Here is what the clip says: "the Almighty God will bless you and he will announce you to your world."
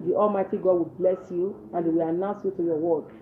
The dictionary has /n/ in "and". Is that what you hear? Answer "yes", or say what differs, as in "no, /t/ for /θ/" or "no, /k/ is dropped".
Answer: yes